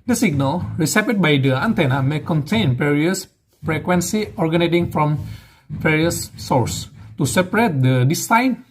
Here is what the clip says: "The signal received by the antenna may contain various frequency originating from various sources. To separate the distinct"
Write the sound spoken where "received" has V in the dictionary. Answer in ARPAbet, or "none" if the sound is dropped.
P